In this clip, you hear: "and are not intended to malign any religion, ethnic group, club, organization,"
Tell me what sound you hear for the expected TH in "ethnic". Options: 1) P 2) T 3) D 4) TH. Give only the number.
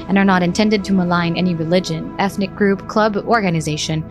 4